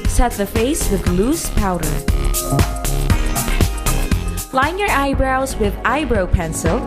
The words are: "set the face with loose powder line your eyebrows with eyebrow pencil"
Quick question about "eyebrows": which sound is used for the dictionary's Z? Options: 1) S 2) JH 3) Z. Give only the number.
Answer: 3